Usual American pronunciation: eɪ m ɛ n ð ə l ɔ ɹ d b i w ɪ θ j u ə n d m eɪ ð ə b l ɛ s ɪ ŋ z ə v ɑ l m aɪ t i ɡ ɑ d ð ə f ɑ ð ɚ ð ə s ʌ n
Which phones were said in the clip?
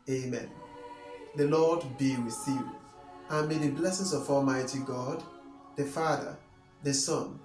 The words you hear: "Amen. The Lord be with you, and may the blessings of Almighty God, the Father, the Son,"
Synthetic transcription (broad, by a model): eɪ m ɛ n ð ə l ɔ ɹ d b i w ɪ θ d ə n m eɪ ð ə b l ɛ s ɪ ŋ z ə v ɑ l m aɪ t i ɡ ɑ d ð ə f ɑ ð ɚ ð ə s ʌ n